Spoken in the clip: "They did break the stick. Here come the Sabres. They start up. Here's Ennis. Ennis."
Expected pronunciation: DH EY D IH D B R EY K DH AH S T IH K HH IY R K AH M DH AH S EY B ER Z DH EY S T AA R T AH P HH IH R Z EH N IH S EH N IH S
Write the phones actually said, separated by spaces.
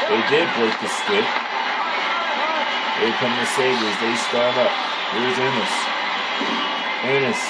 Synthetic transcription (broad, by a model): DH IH D IH D B R EY K DH AH S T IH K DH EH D K AH M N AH S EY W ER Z DH EY S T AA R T AH P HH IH W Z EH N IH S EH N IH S